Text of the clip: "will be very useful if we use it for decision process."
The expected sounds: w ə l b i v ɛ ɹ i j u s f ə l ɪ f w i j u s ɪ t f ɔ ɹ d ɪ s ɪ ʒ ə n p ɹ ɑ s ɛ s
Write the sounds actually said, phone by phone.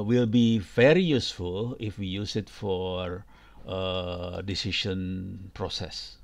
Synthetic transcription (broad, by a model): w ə l b i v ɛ ɹ i j u s f ə l ɪ f w i j u s ɪ t f ɔ ɹ d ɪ s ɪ ʃ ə n p ɹ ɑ s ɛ s